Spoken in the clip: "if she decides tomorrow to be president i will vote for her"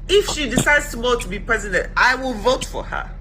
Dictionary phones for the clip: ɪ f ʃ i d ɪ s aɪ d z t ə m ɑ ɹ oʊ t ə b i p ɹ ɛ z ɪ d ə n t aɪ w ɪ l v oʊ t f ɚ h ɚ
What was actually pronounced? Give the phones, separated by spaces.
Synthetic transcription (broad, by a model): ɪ f ʃ i d ɪ s aɪ d z t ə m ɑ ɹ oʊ t ə b i p ɹ ɛ z ɪ d ə n t aɪ w ɪ l v oʊ t f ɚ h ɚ